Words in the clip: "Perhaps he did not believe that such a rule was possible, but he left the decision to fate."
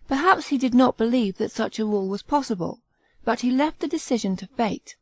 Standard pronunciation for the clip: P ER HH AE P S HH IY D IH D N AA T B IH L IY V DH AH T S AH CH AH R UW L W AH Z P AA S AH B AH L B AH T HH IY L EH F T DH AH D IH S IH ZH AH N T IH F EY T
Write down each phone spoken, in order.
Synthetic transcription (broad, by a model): P ER HH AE P S HH IY D IH D N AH T B IH L IY V DH AH T S AH CH AH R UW L W AH Z P AA S AH B AH L B AH T HH IY L EH F T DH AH D IH S IH ZH AH N T IH F EY T